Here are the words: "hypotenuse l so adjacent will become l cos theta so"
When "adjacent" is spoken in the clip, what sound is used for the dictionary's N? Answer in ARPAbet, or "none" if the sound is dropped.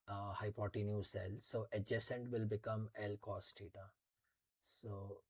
N